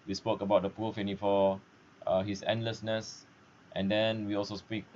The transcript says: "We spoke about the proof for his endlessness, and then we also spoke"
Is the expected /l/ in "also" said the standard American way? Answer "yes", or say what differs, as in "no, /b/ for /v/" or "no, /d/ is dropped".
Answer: yes